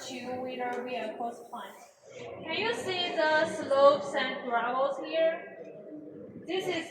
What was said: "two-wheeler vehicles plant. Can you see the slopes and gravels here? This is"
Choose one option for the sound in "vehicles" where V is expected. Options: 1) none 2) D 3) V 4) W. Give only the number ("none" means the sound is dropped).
4